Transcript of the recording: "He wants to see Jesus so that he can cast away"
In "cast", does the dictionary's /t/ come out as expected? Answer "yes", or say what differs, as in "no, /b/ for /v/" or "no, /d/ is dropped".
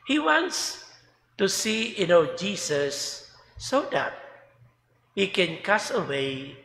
no, /t/ is dropped